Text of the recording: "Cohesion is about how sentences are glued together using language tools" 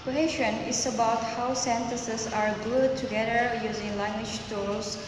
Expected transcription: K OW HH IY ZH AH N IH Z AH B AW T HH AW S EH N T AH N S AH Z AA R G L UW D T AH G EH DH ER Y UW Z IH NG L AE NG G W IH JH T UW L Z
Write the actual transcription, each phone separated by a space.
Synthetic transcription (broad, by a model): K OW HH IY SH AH N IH S AH B AW T HH AW S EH N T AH S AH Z AA R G UW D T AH G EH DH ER Y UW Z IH NG L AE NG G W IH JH T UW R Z